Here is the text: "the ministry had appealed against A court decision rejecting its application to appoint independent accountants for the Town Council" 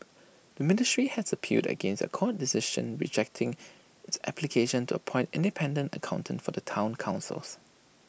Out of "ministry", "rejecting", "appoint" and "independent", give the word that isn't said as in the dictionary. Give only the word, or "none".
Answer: none